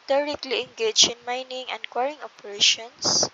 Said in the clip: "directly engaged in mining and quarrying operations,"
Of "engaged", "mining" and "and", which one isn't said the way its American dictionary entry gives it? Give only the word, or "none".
engaged